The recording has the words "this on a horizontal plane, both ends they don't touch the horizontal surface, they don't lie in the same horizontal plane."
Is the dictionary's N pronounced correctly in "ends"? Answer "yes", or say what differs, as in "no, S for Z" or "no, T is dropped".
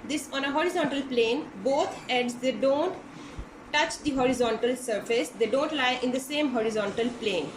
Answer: no, N is dropped